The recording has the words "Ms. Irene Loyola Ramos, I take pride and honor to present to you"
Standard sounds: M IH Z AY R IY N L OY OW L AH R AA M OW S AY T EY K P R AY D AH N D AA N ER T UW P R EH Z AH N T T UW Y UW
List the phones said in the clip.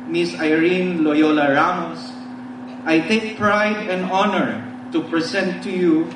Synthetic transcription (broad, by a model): M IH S AY R IY N L OY OW L AH R AA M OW S AY T EY K P R AY D AH N D AA N ER T UW P R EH S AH N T T UW Y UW